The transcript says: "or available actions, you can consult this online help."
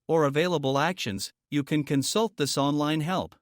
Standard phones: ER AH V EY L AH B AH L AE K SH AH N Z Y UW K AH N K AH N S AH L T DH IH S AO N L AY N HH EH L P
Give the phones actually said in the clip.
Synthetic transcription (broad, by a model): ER AH V EY L AH B AH L AE K SH AH N Z Y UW K AH N K AH N S AH L T DH IH S AO N L AY N HH EH L P